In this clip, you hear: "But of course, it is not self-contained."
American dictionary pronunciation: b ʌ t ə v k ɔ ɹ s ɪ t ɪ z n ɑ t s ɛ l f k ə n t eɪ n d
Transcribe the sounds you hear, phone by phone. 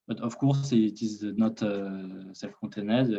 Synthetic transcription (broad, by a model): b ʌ t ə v k ɔ ɹ s ɪ t ɪ z n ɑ t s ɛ f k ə t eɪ n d